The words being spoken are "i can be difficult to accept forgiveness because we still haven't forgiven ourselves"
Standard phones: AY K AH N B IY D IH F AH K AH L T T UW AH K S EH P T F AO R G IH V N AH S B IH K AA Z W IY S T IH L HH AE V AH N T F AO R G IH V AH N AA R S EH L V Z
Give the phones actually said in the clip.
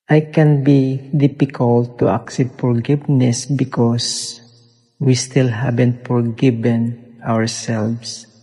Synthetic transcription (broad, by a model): AY K AH N B IY D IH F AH K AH L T T UW AH K S EH P T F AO R G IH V N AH S B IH K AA S W IY S T IH L HH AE B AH N T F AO R G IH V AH N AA R S EH L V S